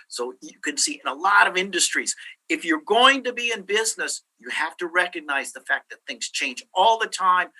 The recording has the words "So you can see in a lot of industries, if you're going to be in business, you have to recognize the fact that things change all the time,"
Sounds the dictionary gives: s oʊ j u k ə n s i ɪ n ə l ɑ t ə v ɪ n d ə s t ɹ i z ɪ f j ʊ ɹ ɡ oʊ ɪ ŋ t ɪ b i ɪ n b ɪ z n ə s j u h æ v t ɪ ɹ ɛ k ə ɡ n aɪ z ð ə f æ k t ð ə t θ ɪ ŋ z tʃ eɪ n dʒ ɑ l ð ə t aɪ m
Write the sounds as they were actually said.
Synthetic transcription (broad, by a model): s oʊ j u k ə n s i ɪ n ə l ɑ t ə v ɪ n d ə s t ɹ i z ɪ f j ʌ ɹ ɡ oʊ ɪ ŋ t ɪ b i ɪ n b ɪ z n ə s j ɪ h æ f t ɪ ɹ ɛ k ə ɡ n aɪ z ð ə f æ k ð ə t θ ɪ ŋ z tʃ eɪ n dʒ ɑ l ð ə t aɪ m